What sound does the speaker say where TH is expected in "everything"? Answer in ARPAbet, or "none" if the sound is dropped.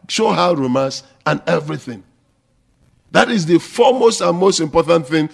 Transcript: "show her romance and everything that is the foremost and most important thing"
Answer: TH